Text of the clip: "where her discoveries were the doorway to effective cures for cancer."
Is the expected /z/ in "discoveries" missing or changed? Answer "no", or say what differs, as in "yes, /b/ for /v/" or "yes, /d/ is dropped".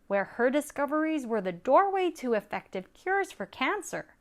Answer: no